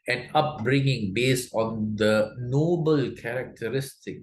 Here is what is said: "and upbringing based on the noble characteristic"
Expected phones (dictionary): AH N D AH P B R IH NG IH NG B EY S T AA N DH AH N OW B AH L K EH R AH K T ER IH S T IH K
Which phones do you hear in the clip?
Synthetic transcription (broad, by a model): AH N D AH P B R IH NG IH NG B EY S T AA N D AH N OW B AH L K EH R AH K T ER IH S T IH K